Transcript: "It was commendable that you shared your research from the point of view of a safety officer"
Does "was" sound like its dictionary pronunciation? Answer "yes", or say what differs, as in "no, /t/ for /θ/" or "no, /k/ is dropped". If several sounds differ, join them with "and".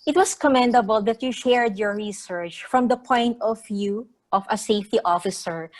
no, /s/ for /z/